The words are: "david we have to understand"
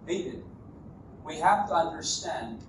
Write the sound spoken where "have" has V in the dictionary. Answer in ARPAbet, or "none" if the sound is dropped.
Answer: F